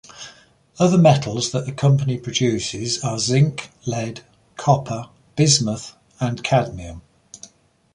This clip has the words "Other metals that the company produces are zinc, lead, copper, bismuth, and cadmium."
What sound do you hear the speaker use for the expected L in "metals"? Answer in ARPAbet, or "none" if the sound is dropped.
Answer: L